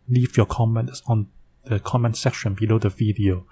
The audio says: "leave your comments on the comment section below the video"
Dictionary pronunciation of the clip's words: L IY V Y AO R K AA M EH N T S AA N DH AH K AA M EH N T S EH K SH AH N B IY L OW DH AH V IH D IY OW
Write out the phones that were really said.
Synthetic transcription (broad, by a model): L IY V Y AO K AA M EH N T S AA N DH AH K AA M EH N T S EH K SH AH N B IY L OW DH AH V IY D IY OW